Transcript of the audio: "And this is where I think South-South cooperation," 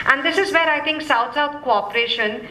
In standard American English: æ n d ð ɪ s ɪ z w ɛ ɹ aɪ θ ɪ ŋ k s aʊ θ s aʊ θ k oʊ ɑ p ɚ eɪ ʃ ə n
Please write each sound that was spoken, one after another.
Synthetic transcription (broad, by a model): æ n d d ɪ s ɪ z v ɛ ɹ aɪ t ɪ ŋ k s aʊ t s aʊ t k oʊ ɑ p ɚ eɪ ʃ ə n